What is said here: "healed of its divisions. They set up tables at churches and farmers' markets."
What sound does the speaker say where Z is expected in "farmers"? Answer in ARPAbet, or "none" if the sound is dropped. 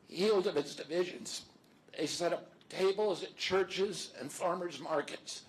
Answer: Z